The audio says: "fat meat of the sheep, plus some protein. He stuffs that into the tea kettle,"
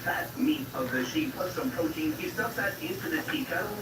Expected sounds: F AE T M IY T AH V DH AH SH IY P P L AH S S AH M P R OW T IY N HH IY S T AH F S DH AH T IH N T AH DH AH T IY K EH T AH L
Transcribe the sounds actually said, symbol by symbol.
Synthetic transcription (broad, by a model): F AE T M IY T AH V DH AH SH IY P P AH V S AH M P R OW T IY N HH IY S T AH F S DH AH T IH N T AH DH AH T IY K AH